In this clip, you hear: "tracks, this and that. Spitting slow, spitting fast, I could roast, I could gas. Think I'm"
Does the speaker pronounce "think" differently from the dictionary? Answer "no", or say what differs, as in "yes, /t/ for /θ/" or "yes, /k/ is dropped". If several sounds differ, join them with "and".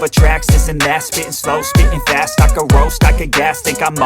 yes, /t/ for /θ/ and /ŋ/ is dropped